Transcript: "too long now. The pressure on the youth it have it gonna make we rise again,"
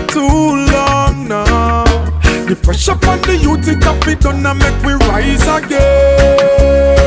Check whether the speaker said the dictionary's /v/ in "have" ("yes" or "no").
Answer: no